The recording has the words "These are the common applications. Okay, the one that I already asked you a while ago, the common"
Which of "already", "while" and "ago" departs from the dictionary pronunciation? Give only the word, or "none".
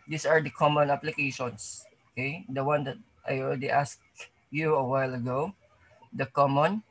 already